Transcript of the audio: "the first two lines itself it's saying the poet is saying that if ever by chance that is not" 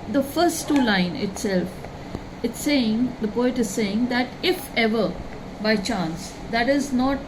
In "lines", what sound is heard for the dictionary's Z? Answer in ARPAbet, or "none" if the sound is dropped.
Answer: none